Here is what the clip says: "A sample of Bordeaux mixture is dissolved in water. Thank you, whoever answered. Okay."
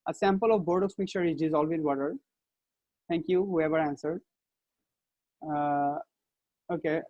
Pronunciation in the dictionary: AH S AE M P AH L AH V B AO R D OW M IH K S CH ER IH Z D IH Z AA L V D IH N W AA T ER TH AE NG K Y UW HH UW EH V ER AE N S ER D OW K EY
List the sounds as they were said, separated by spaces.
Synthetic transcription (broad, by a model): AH S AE M P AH L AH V B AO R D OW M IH K CH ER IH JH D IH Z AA L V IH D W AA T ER T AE NG K Y UW HH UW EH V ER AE N S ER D OW K EY